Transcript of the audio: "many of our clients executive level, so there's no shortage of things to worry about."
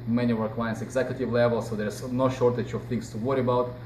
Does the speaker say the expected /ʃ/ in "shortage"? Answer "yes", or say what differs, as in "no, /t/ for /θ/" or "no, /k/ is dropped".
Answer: yes